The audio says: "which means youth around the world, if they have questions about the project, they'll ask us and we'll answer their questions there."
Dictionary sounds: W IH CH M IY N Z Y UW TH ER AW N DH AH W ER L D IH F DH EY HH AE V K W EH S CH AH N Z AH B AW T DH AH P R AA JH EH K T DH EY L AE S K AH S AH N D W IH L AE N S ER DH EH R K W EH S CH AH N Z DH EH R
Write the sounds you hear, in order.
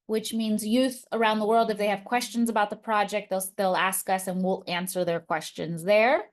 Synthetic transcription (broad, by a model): W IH CH M IY N Z Y UW TH ER AW N DH AH W ER L D IH F DH EY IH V K W EH S CH AH N Z AH B AW T DH AH P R AA JH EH K T DH EY L AE S K AH S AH N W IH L AE N S ER DH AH R K W EH S CH AH N Z DH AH R